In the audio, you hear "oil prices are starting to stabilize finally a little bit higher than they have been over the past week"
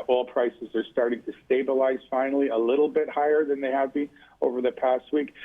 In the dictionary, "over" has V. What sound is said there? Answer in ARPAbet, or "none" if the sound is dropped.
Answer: V